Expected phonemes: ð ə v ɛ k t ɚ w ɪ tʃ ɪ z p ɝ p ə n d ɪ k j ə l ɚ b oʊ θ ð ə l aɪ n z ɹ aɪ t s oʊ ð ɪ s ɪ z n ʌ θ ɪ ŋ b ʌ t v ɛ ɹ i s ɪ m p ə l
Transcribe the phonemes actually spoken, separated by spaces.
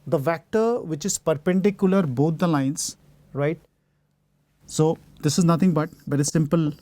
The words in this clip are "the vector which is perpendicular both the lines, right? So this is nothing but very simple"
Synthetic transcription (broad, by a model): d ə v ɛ k t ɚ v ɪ tʃ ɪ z p ɝ p ə n d ɪ k j ə l ɚ b oʊ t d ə l aɪ n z ɹ aɪ t s oʊ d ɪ s ɪ z n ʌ t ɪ ŋ b ʌ t v ɛ ɹ i s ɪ m p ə l